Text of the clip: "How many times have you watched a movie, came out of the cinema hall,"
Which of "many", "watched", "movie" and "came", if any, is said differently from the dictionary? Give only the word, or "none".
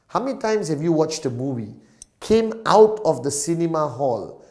none